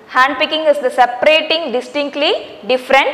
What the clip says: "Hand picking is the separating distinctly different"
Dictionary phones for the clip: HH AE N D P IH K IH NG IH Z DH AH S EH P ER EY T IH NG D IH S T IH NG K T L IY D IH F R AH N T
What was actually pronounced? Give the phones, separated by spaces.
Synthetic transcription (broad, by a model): HH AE N D P IH K IH NG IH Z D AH S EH P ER EY T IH NG D IH S T IH NG K T L IY D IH F R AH N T